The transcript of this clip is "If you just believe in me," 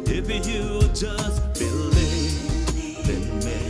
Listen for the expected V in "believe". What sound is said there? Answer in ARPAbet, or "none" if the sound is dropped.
B